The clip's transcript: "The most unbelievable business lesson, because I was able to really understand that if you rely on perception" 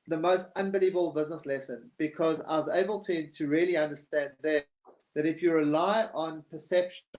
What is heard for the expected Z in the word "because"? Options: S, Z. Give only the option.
Z